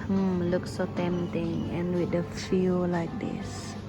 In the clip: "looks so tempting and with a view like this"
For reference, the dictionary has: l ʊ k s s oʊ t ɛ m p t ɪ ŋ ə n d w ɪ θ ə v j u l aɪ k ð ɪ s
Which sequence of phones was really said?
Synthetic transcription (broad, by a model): l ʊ k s s oʊ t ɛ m t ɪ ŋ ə n w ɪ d ə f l l aɪ k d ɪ s